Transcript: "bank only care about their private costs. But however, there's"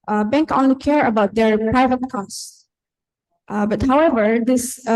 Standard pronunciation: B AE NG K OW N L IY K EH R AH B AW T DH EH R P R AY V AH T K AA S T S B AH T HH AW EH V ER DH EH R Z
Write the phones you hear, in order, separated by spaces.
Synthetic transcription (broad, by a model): B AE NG K OW N L IY K EH R AH B AW T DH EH R P R AY V AH T K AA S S B AH T HH AW EH V ER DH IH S